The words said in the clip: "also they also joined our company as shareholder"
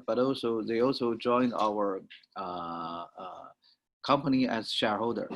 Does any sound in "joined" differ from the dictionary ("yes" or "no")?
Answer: no